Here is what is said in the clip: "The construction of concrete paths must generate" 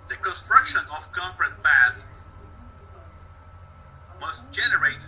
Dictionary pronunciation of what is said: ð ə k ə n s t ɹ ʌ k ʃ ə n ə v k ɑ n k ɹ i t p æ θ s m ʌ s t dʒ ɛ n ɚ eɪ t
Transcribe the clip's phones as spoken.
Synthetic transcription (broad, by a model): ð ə k ə n s t ɹ ʌ k ʃ ə n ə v k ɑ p ɹ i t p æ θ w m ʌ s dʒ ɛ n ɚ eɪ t